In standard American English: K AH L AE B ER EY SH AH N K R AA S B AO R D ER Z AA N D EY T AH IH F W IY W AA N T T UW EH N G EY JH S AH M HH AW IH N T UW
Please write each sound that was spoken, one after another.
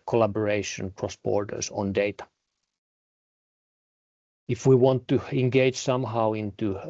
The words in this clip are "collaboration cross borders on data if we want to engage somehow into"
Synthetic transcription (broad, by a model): K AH L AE B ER EY SH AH N K R AA S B AO R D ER S AA N D EY T AH IH F W IY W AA N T T UW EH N G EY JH S AH M HH AW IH N T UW